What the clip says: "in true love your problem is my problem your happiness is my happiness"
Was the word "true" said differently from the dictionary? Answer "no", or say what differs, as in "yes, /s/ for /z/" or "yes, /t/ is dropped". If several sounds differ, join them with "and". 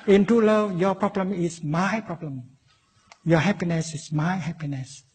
yes, /ɹ/ is dropped